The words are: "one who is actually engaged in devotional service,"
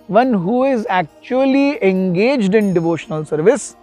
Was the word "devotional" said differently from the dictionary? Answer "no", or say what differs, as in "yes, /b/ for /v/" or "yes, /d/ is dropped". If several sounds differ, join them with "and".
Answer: no